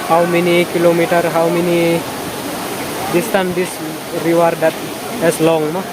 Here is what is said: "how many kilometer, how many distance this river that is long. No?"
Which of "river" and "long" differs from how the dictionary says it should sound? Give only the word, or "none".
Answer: river